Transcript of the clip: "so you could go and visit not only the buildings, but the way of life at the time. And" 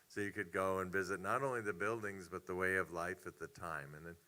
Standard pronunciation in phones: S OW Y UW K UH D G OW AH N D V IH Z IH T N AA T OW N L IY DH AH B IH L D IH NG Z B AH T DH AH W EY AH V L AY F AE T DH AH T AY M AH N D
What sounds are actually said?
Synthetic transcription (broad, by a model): S OW Y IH K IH D G OW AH N V IH Z IH T N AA T OW N L IY DH AH B IH L D IH NG Z B AH T DH AH W EY AH V L AY F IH T DH AH T AY M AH N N